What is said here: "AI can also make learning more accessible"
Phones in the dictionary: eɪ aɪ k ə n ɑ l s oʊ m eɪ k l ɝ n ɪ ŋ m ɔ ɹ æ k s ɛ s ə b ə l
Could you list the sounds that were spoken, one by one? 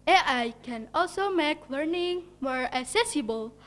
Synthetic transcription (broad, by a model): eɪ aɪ k ə n ɑ l s oʊ m eɪ k l ɝ n ɪ ŋ m ɔ ɹ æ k s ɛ s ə b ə l